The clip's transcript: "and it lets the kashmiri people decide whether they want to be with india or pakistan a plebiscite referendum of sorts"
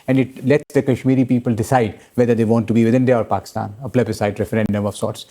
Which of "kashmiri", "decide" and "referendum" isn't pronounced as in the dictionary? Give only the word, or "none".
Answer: none